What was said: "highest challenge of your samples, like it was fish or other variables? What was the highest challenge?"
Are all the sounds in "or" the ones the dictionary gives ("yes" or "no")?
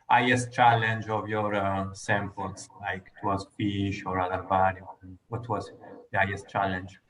yes